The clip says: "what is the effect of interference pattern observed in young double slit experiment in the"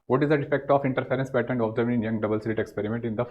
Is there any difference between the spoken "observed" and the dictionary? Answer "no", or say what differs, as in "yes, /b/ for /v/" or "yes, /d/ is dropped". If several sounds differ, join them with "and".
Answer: yes, /d/ is dropped